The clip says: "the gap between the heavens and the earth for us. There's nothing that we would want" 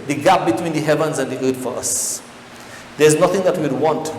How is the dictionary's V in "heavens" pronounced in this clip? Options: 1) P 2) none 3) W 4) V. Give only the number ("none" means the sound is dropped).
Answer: 4